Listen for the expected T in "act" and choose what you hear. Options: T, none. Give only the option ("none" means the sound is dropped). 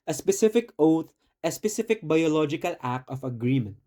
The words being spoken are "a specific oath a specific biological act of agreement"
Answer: none